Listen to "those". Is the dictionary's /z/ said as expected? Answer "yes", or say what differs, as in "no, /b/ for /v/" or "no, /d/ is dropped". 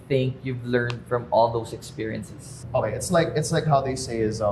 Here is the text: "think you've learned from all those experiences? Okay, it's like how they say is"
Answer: no, /s/ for /z/